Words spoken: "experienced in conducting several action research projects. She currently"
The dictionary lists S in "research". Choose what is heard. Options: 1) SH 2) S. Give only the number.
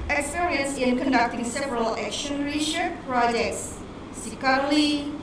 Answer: 1